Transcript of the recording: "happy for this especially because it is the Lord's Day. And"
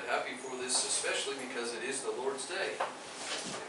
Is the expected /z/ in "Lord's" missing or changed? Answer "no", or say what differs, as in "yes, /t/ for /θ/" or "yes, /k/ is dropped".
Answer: no